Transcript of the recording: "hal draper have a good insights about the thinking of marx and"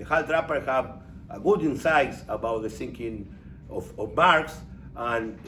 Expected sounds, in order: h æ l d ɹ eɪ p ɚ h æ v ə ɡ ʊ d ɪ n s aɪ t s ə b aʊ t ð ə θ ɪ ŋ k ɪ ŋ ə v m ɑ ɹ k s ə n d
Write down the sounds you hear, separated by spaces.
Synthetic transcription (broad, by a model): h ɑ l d ɹ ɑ p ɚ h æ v ə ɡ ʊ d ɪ n s aɪ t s ə b aʊ t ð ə s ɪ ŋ k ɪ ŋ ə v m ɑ ɹ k s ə n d